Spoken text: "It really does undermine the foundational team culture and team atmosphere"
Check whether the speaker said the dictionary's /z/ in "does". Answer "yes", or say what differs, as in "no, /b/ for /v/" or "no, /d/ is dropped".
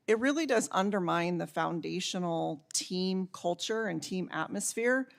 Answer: yes